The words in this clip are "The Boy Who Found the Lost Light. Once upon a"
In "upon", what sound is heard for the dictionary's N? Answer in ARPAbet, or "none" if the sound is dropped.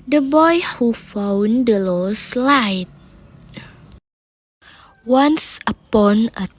N